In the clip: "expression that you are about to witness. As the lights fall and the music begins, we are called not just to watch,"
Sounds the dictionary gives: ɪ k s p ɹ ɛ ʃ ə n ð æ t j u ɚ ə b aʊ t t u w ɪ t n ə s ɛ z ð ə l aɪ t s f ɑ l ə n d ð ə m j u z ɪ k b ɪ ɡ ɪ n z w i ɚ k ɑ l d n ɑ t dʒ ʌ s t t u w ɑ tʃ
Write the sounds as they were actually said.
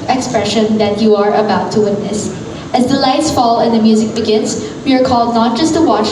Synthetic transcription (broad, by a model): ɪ k s p ɹ ɛ ʃ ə n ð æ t j u ɚ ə b aʊ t t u w ɪ t n ə s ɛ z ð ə l aɪ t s f ɑ l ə n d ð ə m j u z ɪ k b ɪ ɡ ɪ n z w i ɚ k ɑ l d n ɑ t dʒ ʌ s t t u w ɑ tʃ